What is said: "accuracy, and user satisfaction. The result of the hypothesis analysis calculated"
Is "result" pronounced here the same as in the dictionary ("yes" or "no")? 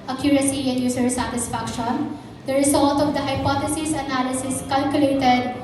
no